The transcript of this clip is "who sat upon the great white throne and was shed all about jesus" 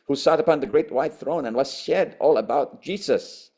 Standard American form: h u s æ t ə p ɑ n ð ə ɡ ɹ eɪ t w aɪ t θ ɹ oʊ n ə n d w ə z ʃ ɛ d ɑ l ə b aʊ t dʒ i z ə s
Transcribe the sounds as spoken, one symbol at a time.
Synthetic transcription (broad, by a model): h u s æ t ə p ɑ n ð ə ɡ ɹ eɪ t w aɪ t θ ɹ oʊ n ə n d w ə z ʃ ɛ d ɑ l ə b aʊ t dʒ i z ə s